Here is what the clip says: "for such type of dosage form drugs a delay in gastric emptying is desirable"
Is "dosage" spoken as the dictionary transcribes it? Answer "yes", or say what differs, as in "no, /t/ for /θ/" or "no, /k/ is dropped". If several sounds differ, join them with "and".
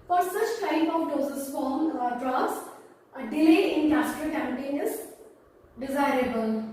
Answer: no, /z/ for /dʒ/